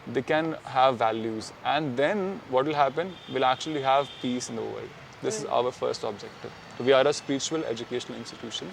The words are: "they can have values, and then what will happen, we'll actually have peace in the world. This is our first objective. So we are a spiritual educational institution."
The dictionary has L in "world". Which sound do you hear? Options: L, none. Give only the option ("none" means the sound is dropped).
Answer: none